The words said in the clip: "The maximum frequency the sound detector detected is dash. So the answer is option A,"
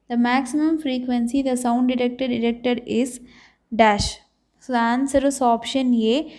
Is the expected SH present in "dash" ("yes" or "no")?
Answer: yes